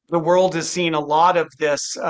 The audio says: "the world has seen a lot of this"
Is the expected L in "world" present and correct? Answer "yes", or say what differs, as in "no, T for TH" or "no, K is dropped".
yes